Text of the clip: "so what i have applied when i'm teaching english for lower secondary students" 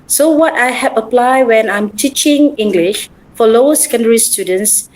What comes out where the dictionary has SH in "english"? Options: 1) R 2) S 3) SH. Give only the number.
3